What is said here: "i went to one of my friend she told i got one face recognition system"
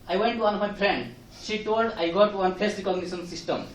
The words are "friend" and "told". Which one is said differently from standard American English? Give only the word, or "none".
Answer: friend